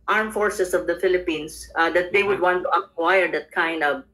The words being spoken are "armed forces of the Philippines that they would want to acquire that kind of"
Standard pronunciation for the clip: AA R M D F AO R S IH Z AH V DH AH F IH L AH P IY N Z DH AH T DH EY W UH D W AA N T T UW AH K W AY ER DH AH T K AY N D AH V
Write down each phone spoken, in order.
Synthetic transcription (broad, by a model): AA R M F AO R S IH S AH V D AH F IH L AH P IY N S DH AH T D EY W UH D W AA N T T UW AH K W AY ER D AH T K AY N D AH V